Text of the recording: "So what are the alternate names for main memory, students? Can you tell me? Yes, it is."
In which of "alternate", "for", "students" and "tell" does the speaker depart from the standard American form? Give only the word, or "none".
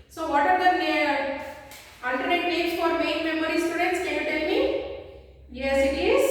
none